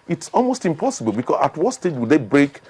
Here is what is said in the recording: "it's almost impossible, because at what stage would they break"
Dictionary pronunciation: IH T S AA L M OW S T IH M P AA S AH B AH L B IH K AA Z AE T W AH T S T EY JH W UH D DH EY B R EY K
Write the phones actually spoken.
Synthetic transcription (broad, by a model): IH T S AA L M OW S T IH M P AA S AH B AH L B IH K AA S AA T W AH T S T EY JH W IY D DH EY B R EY K